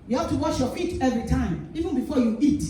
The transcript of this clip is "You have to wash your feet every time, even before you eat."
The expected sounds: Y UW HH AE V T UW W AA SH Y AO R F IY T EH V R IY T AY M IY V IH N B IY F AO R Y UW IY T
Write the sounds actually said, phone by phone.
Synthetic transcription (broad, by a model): Y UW HH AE P T UW W AA SH Y AO F IY T EH V R IY T AY M IY V IH N B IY F AO Y UW IY T